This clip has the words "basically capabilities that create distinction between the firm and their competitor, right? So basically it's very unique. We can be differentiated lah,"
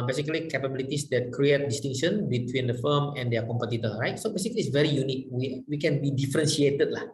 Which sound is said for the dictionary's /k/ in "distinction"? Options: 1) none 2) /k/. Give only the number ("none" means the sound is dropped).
1